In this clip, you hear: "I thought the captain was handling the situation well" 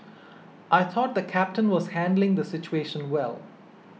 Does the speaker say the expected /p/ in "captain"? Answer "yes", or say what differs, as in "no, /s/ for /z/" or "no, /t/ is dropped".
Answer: yes